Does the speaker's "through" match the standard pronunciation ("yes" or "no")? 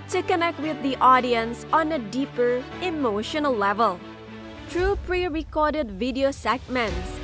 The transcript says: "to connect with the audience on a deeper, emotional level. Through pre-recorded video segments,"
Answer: no